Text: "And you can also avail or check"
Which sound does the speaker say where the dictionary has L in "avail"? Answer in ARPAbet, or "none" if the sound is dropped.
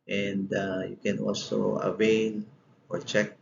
N